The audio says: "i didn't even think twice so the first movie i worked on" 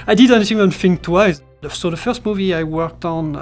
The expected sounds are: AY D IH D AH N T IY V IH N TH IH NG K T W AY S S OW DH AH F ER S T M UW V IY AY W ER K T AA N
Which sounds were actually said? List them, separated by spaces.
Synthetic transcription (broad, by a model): AY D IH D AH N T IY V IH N F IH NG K T W AY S S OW DH AH F ER S T M UW V IY AY W ER K T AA N